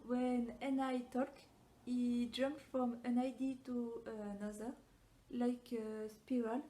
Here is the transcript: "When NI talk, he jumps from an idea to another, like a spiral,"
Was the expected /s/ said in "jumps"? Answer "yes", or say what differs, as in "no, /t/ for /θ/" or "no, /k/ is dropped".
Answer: no, /s/ is dropped